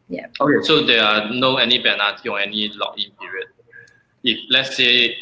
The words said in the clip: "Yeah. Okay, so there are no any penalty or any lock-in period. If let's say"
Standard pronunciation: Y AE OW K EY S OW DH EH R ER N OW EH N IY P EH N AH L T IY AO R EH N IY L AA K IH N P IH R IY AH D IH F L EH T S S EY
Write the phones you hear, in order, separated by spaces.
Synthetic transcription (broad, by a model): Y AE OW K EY S OW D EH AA N OW EH N IY B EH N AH T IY AO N EH N IY L AA K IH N P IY R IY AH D IH F L EH T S S EY